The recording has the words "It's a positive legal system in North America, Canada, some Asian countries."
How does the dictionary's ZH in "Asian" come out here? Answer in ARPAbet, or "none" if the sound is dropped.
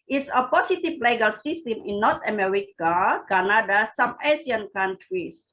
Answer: S